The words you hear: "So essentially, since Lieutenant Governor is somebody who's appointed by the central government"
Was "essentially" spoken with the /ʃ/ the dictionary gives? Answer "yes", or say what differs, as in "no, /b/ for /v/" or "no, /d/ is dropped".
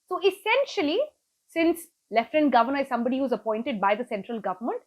yes